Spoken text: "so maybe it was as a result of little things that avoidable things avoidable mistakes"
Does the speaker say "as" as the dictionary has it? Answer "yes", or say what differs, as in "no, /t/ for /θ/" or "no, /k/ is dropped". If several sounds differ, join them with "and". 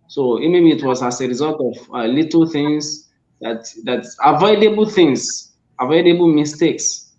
no, /s/ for /z/